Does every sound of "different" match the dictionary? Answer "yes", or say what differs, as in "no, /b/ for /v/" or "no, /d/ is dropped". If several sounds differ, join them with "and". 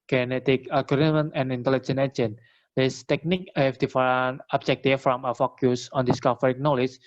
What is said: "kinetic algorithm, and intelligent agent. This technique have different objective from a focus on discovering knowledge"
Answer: no, /ɹ/ is dropped and /t/ is dropped